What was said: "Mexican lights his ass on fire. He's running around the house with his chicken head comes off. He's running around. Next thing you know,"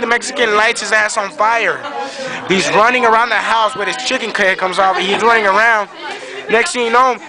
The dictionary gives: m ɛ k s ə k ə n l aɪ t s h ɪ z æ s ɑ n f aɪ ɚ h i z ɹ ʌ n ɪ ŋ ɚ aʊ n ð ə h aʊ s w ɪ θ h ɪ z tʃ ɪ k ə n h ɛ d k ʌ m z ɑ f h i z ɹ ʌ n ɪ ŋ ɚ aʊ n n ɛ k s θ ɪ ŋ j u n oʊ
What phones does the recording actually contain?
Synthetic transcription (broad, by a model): m ɛ k s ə k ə n l aɪ t s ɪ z æ s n f aɪ ɚ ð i z ɹ ʌ n ɪ ŋ ɚ aʊ n ð ə h aʊ s w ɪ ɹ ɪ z tʃ ɪ k ə n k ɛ k ʌ m z ɑ f h i z ɹ ʌ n ɪ ŋ ɚ aʊ n n ɛ k s t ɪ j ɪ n oʊ